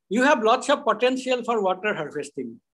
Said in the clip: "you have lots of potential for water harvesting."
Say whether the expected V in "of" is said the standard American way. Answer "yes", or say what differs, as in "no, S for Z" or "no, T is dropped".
no, P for V